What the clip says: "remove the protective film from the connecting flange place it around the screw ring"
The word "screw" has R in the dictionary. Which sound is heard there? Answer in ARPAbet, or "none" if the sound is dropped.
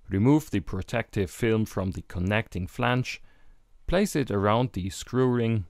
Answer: R